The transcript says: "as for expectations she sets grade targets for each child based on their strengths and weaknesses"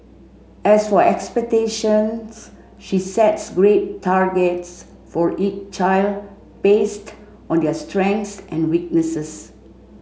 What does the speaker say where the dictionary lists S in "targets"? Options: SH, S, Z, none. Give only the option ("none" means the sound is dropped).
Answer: S